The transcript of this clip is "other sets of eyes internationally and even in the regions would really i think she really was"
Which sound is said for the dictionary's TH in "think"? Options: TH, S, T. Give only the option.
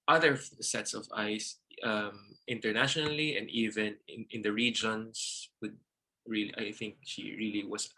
TH